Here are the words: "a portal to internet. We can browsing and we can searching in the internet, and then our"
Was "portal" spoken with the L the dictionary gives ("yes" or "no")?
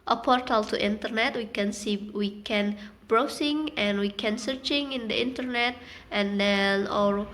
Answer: yes